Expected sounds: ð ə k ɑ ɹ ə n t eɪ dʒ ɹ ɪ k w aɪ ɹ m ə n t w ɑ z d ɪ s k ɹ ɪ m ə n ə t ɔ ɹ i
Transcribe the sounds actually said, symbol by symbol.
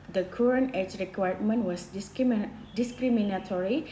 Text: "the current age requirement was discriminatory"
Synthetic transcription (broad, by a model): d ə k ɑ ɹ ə n eɪ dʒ ɹ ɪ k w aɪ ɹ m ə n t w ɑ s d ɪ s k ɹ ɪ m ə n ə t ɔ ɹ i